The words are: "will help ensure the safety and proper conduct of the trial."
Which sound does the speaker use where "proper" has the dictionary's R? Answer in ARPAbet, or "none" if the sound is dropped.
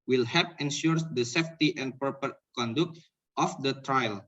none